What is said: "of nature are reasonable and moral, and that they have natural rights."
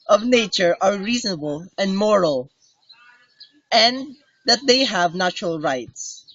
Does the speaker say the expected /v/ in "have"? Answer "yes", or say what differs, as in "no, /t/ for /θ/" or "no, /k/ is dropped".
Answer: yes